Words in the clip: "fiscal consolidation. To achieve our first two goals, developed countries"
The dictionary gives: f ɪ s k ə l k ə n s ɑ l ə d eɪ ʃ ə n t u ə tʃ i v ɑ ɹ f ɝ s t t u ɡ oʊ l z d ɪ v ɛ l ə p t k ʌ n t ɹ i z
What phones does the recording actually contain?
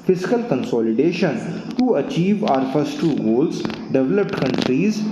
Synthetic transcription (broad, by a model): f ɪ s k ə l k ə n s ɑ l ə d eɪ ʃ ə n t u ə tʃ i v ɑ ɹ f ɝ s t t u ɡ oʊ l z d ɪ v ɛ l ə p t k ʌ n t ɹ i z